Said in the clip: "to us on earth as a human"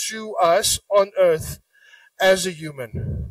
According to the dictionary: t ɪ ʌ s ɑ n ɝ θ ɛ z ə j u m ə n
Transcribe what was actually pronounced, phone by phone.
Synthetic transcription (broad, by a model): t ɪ ʌ s ɑ n ɝ θ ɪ z ə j u m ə n